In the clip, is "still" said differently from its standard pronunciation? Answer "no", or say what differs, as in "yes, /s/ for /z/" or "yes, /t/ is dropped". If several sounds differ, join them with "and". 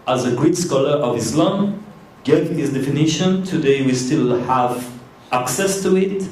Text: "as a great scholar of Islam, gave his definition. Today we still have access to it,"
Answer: no